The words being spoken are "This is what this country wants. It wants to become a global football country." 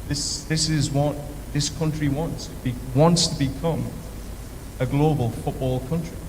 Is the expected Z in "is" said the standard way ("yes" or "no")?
yes